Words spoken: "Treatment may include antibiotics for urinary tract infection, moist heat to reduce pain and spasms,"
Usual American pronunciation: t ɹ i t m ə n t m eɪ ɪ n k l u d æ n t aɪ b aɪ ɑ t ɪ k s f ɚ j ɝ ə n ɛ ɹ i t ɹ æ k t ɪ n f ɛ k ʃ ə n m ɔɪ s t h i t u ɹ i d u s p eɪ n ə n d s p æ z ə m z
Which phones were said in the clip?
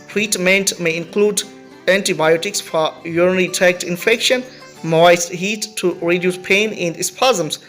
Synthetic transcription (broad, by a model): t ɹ i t m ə n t m eɪ ɪ n k l u d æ n t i b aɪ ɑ t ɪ k s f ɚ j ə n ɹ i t æ k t ɪ n f ɛ k ʃ ə n m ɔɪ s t h i t u ɹ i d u s p eɪ n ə n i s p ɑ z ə m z